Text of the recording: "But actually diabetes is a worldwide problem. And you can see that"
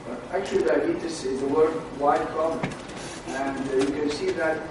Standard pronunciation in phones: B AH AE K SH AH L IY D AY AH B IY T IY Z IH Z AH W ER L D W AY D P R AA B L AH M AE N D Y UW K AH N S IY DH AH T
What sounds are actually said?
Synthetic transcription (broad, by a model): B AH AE K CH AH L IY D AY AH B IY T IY S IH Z AH W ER D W AY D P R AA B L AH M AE N D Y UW K AH N S IY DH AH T